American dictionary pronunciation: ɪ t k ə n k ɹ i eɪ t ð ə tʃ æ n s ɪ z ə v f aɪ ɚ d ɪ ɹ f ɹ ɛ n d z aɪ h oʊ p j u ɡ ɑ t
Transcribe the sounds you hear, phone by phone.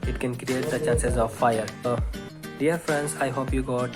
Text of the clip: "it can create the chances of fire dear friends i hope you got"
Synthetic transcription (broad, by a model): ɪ t k ə n k ɹ i eɪ t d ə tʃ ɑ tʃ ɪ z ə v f aɪ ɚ d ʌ ɹ f ɹ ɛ n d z aɪ h oʊ p j u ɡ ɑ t